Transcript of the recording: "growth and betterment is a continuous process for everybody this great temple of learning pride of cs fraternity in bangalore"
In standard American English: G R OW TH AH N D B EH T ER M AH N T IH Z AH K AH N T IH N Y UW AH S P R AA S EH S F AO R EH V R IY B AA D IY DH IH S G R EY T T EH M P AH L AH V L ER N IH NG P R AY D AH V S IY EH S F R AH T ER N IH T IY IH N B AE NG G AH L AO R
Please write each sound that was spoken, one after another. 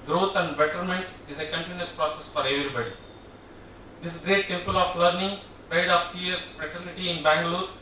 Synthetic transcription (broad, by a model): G R OW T AH N D B EH T ER M AH N T IH Z AH K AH N T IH N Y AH S P R AA S EH S F AO R EH V R IY B AA D IY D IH S G R EY T T EH M P AH L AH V L ER N IH NG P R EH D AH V S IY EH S F R AH T ER N IH T IY IH N B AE NG G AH L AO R